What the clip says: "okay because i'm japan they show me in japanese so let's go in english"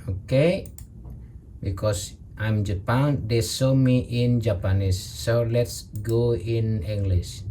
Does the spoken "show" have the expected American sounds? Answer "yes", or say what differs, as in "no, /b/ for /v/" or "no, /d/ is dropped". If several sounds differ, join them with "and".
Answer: no, /s/ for /ʃ/